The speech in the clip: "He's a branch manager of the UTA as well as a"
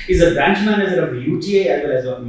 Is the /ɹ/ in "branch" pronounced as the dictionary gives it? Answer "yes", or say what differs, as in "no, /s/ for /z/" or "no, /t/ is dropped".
yes